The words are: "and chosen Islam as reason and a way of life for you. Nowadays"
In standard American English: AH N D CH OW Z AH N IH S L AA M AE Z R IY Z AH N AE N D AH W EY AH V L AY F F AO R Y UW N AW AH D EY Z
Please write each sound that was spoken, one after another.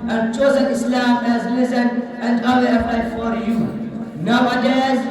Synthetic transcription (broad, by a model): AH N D CH OW Z AH N IH S L AA M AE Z L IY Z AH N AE N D AH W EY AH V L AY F F AO R Y UW N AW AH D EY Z